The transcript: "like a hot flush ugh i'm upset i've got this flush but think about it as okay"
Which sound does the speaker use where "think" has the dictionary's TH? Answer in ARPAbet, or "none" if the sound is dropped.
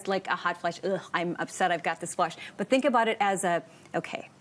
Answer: TH